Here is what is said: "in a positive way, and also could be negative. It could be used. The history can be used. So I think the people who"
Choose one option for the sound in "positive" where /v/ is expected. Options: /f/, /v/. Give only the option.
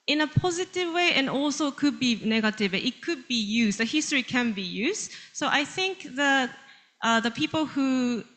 /v/